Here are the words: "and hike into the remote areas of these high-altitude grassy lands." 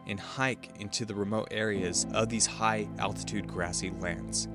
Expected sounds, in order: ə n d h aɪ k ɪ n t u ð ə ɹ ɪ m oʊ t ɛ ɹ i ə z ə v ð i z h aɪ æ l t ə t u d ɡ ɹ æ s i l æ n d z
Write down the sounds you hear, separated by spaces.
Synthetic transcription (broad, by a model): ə n h aɪ k ɪ n t u ð ə ɹ ɪ m oʊ t ɛ ɹ i ə z ə v ð i z h aɪ æ l t ə t u d ɡ ɹ æ s i l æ n d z